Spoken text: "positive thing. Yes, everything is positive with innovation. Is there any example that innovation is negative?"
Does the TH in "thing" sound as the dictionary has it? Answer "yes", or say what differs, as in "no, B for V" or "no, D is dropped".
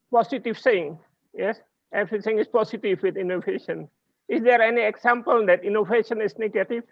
no, S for TH